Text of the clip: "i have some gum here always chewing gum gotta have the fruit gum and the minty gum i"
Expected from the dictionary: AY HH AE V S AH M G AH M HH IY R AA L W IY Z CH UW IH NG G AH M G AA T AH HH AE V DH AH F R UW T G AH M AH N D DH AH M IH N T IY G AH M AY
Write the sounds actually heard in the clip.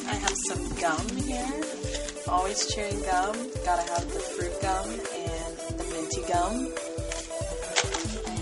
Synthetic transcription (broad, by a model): AY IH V S AH M G AH M HH IY R AA L W IY Z CH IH IH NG G AH M G AA T AH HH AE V DH AH F R UW T G AH M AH N DH AH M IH N T IY G AH M